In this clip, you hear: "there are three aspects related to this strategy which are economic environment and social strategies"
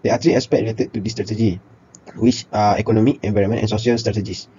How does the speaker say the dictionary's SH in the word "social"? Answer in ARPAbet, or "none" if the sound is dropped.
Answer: none